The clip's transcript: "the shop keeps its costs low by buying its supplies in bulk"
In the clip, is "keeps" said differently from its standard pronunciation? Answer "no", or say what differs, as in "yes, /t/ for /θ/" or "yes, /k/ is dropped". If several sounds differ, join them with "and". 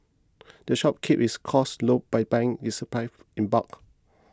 yes, /s/ is dropped